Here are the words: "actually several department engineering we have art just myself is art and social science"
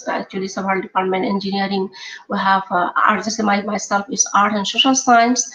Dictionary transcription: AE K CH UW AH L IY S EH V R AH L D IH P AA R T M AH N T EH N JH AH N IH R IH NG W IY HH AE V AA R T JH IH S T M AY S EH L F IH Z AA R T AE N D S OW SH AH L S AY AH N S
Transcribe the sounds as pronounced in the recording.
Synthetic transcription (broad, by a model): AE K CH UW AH L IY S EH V AH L D IH P AA R T M AH N T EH N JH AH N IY R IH NG W IY HH AE V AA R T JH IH S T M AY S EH L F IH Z AA R T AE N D S OW SH AH L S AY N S